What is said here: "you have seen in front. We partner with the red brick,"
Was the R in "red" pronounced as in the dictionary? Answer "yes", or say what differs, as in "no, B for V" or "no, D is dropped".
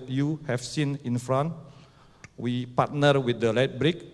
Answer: no, L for R